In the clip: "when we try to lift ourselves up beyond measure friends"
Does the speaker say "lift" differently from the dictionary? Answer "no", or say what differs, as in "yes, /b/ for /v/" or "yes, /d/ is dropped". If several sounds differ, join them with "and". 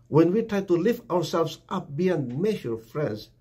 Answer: no